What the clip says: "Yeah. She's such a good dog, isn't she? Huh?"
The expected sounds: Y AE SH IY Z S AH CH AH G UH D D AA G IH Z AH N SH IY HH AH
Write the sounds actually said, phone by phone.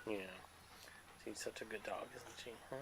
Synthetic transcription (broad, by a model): Y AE S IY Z S AH CH AH G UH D D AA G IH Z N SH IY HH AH